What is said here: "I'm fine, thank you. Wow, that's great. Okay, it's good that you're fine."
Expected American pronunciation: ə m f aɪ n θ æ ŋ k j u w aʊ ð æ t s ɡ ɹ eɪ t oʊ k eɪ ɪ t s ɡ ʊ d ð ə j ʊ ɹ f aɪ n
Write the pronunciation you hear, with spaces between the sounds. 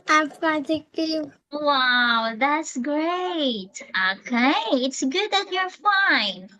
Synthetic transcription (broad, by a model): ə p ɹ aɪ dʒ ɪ k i w aʊ ð æ t s ɡ ɹ eɪ t oʊ k eɪ ɪ t s ɡ ʊ d ð ə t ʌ ɹ f aɪ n